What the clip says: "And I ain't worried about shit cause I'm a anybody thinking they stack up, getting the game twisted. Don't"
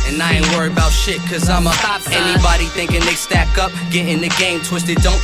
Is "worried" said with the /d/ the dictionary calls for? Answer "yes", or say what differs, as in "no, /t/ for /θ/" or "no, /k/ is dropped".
no, /d/ is dropped